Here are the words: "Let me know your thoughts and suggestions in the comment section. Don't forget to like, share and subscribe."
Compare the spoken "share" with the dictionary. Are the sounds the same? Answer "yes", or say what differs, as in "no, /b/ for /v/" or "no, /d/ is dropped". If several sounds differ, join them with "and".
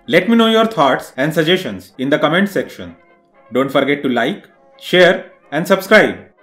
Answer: yes